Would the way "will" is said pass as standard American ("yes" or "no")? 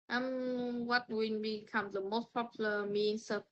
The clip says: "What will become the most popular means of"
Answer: no